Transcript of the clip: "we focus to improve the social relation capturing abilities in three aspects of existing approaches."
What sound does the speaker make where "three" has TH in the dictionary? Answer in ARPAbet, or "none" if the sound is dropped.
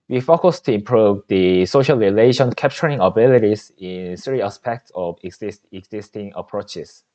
S